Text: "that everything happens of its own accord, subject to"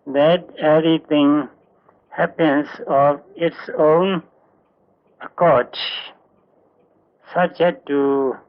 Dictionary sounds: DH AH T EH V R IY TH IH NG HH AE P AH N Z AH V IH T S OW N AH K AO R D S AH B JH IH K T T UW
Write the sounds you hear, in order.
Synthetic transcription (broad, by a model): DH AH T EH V R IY T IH NG HH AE P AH N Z AH V IH T S OW N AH K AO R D S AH B JH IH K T T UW